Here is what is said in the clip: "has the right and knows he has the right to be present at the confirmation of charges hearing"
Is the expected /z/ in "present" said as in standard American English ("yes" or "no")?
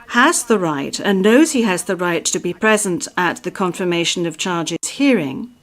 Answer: yes